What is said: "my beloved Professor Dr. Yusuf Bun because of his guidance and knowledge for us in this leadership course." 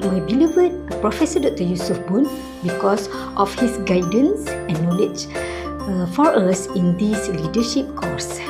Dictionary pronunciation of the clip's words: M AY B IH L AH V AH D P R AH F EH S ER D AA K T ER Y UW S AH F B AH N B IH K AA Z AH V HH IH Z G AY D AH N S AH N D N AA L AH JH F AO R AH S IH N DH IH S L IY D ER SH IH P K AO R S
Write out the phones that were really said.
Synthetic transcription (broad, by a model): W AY B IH L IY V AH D P R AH F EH S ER D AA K T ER Y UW S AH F B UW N B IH K AA S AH F HH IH S G AY D AH N S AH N N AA L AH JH F AO R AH S IH N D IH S L IY D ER SH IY P K AO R S